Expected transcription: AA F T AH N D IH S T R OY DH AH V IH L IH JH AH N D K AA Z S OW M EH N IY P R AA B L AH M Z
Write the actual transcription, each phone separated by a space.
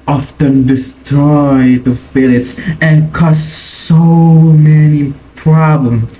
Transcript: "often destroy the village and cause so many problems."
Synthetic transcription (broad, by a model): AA F T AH N D IH S T R OY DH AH F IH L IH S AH N K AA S S OW M EH N IY P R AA B L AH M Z